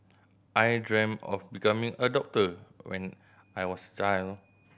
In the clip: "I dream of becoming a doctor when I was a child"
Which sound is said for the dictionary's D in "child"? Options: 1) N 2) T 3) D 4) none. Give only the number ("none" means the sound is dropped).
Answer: 4